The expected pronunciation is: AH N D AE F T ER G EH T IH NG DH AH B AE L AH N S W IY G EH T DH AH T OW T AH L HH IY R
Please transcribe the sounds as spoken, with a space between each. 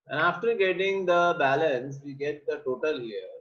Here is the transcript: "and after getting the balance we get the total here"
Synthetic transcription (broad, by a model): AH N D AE F T ER G EH T IH NG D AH B AE L AH N S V IY G EH T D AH T OW T AH L HH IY R